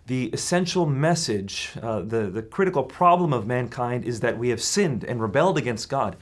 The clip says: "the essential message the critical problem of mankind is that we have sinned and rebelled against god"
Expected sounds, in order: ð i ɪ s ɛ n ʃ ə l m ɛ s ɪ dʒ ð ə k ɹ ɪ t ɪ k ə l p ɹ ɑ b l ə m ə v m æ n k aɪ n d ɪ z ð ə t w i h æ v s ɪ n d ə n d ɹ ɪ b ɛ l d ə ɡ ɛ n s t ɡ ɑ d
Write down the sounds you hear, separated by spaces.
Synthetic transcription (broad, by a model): ð i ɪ s ɛ n ʃ l m ɛ s ɪ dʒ ð ə k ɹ ɪ t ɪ k l p ɹ ɑ b l ə m ə v m æ n k aɪ n d ɪ z ð ə t w i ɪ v s ɪ n d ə n ɹ ɪ b ɛ l d ə ɡ ɛ n s t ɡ ɑ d